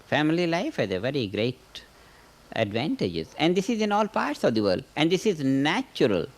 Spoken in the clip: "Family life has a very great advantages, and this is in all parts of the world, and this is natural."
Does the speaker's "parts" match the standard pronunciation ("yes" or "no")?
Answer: yes